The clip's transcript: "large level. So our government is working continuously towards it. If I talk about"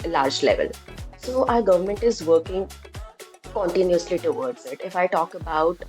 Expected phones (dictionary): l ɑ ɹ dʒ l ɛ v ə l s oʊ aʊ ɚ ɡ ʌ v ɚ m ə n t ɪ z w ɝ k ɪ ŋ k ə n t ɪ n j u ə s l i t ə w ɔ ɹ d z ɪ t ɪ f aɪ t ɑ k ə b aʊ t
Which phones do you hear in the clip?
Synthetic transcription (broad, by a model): l ɑ ɹ dʒ l ɛ v ə l s oʊ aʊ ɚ ɡ ʌ v ɚ m ə n t ɪ z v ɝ k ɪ ŋ k ə n t ɪ n j u ə s l i t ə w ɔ ɹ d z ɪ t ɪ f aɪ t ɑ k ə b aʊ t